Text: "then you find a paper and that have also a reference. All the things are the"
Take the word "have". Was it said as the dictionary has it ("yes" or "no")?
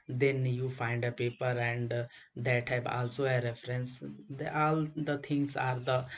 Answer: no